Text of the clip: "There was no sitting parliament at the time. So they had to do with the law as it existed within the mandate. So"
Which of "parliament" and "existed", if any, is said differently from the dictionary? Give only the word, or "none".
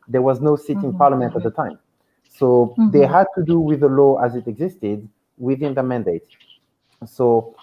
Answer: none